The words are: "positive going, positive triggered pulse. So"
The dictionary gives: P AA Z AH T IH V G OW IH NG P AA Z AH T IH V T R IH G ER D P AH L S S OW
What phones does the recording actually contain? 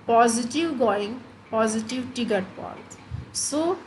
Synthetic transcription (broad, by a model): P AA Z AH T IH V G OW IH NG P AA Z AH T IH V T IH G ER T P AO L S S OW